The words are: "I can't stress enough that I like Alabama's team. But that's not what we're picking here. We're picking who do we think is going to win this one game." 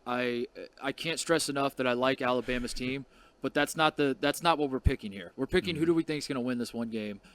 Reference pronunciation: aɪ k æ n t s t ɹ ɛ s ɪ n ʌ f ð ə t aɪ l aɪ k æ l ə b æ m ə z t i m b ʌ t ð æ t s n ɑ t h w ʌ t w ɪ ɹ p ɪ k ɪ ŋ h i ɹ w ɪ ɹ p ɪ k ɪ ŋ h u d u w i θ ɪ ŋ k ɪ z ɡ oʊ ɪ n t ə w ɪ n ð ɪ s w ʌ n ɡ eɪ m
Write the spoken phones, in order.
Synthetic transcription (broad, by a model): aɪ k æ n t s t ɹ ɛ s ɪ n ʌ f ð ə t aɪ l aɪ k æ l ə b æ m ə z t i m b ʌ t ð æ t s n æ t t w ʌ t w ɪ ɹ p ɪ k ɪ ŋ h i ɹ w ɪ ɹ p ɪ k ɪ ŋ h u d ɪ w i θ ɪ ŋ k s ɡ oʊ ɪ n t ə w ɪ n ð ɪ s w ʌ n ɡ eɪ m